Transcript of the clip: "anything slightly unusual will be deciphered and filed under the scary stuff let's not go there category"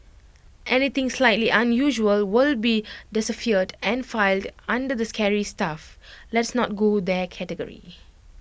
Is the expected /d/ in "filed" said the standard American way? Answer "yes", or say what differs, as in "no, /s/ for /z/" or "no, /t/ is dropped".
yes